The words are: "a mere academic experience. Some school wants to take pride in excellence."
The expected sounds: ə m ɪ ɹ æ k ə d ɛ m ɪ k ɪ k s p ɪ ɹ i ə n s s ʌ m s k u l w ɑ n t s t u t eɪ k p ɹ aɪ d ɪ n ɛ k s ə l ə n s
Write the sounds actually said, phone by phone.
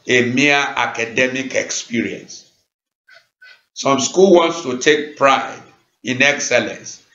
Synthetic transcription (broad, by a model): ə m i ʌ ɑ k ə d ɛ m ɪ k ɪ k s p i ɹ i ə n s s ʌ m s k u l w ɑ n t s t u t eɪ k p ɹ aɪ d ɪ n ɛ k s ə l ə n s